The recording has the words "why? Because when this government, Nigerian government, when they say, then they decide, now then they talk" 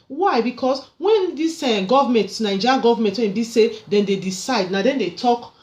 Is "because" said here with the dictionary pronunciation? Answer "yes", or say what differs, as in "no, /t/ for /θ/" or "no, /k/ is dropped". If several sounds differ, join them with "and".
no, /s/ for /z/